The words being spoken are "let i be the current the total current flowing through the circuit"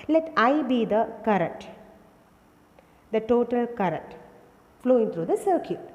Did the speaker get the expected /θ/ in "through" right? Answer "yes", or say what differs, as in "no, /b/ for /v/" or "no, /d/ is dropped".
no, /t/ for /θ/